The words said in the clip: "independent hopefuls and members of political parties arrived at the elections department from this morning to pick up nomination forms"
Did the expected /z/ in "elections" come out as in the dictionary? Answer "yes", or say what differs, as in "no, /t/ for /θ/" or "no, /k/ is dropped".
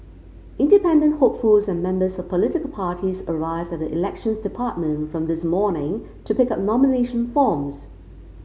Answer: yes